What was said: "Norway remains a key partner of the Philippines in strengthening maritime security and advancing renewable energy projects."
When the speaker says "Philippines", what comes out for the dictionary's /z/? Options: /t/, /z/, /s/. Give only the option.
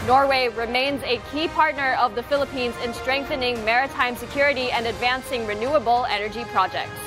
/z/